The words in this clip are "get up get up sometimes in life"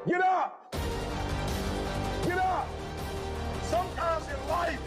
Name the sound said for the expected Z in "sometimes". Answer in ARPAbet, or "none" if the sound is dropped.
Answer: Z